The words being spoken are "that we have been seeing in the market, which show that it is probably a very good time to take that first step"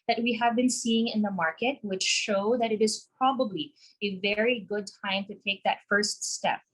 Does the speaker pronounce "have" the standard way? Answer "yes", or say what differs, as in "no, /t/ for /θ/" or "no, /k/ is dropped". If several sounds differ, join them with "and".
yes